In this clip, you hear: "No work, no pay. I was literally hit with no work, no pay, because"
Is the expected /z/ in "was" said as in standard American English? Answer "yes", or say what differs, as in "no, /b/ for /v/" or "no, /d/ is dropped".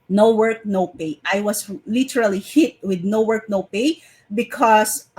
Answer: no, /s/ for /z/